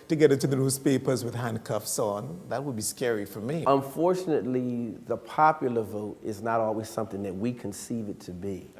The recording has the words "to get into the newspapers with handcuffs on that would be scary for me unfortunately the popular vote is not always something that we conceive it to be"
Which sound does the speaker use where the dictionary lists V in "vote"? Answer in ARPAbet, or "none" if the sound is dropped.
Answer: V